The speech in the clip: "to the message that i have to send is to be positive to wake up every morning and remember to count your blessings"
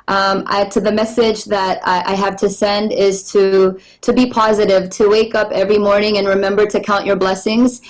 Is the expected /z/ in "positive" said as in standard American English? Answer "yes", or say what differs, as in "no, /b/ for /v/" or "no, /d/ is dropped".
yes